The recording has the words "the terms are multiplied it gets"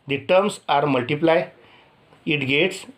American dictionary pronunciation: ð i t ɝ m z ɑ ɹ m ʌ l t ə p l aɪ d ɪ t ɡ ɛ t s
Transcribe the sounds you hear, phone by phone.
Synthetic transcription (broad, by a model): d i t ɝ m s ɑ ɹ m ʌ l t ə p l aɪ ɪ t ɡ ɛ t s